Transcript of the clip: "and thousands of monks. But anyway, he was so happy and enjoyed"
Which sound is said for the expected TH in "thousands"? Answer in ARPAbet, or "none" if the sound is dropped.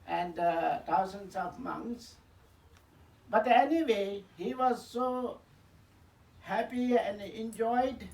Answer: T